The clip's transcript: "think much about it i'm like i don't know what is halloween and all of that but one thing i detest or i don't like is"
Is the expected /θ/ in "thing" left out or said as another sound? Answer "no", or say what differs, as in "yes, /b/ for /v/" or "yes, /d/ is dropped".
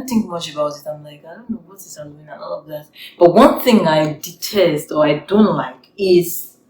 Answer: no